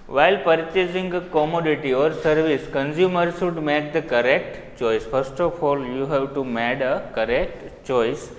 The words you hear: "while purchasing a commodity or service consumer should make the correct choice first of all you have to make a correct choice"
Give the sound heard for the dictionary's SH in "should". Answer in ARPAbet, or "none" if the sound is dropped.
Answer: S